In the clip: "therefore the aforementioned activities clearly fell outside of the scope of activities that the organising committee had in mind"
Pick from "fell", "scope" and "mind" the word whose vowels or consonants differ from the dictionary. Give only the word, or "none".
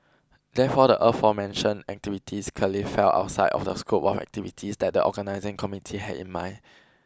mind